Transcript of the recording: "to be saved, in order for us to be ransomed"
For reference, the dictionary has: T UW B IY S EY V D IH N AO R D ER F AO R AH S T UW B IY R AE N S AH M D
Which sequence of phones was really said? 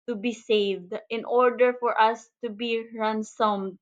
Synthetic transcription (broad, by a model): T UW B IY S EY V D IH N AO R D ER F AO R AH S T UW B IY R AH N S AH M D